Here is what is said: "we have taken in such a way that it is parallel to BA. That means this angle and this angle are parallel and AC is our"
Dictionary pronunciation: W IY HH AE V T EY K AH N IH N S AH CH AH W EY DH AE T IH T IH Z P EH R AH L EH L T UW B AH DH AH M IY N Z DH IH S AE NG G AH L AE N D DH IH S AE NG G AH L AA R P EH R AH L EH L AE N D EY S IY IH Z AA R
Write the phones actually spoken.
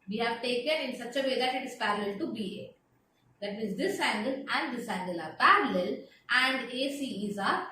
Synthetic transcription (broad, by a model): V IY HH AE V T EY K AH N IH N S AH CH AH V EY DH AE T IH T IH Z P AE R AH L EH L T UW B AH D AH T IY Z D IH S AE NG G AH L AE N D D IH S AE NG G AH L AA R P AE R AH L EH L AE N D EY S IY IH Z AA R